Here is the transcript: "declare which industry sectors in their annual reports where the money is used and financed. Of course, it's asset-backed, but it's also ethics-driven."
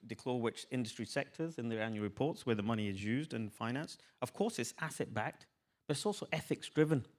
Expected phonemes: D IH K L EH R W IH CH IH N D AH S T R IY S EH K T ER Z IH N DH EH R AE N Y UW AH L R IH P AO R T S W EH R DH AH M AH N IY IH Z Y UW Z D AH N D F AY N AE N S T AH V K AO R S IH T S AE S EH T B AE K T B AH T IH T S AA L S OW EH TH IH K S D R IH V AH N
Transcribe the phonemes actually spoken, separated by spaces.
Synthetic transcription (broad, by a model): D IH K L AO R W IH CH IH N D AH S T R IY S EH K T ER Z IH N DH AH R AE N Y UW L R IH P AO R T S W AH R DH AH M AH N IY IH Z Y UW Z D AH N F AY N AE N S T AH V K AO R S IH T S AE S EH T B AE K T B AH T IH T S AA L S OW EH TH IH K S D R IH V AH N